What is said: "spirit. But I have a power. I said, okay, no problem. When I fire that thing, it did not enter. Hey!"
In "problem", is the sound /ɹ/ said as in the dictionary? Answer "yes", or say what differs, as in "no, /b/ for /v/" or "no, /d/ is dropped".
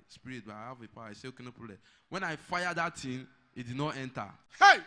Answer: no, /ɹ/ is dropped